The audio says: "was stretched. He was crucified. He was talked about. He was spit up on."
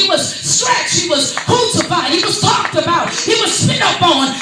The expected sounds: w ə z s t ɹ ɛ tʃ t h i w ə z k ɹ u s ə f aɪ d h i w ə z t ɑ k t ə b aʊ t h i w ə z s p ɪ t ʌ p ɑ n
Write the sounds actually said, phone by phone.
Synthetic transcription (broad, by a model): w ə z s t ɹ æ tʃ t h i w ə z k u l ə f aɪ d h i w ə z t ɑ k t ə b aʊ t h i w ə z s ɪ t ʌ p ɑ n